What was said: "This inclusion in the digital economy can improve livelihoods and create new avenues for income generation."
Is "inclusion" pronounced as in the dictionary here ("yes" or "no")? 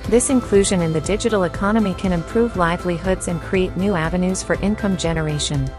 yes